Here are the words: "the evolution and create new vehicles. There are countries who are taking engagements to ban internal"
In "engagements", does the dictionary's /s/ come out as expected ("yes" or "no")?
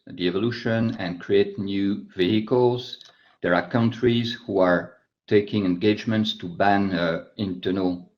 yes